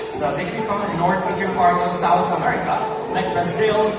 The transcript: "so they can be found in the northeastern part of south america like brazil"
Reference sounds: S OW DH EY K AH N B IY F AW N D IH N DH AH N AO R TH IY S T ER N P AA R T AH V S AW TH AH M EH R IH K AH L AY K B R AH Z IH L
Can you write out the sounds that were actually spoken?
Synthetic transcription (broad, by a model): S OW DH EY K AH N B IY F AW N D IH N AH N AO R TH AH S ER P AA R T AH V S AW TH AH M EH R IH K AH L AY K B R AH Z IH L